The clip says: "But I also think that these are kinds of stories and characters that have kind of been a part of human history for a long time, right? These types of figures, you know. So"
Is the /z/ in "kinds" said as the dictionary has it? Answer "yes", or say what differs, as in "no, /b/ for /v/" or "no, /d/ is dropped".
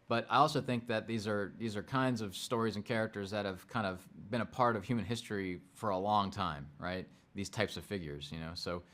yes